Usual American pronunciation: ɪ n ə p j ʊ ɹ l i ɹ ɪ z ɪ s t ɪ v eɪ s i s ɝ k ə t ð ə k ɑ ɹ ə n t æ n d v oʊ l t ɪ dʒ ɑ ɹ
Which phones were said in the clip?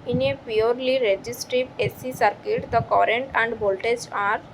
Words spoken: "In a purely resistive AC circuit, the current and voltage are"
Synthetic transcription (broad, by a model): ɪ n ə p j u ɹ l i ɹ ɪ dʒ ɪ s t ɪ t eɪ s i s ɝ k ə t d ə k ɑ ɹ ə n t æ n d b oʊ l t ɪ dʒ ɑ ɹ